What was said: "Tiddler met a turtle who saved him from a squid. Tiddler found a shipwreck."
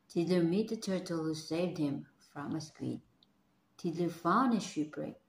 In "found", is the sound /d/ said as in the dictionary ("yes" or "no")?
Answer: no